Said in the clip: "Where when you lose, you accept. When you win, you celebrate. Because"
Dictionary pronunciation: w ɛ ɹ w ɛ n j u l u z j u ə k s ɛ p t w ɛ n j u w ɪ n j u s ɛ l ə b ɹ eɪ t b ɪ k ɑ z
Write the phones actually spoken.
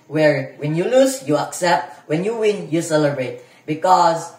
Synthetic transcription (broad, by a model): w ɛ ɹ w ɛ n j u l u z j u ə k s ɛ p t w ɛ n j u w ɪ n j u s ɛ l ə b ɹ eɪ t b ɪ k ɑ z